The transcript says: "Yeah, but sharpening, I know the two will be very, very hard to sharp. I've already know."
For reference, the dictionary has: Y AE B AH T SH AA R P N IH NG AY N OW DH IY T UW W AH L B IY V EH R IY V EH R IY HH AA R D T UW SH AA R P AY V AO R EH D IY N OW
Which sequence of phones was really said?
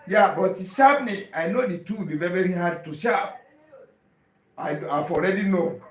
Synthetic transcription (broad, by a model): Y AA B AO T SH AA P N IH AY N OW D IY T UW W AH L B IY V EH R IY V EH R IY HH AA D T UW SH AA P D AY F AO R EH D IY N OW